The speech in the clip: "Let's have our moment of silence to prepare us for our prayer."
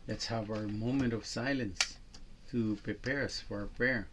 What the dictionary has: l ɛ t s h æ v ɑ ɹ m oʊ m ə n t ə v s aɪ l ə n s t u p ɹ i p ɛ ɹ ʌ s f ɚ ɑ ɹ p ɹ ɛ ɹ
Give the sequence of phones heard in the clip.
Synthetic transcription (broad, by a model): l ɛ t s h æ v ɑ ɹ m oʊ m ə n t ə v s aɪ l ə n s t u p ɹ i p ɛ ɹ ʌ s f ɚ ɑ ɹ p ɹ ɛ ɹ